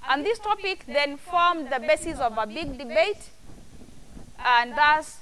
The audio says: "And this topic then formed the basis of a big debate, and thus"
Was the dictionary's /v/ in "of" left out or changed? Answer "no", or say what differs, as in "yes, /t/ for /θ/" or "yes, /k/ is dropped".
no